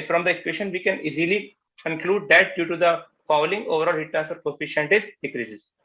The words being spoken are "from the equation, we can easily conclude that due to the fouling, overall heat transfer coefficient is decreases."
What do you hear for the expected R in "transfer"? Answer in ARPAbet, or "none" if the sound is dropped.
none